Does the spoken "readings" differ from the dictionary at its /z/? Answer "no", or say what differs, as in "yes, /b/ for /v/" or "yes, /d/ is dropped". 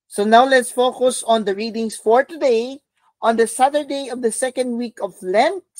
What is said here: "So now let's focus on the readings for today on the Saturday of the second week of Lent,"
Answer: yes, /s/ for /z/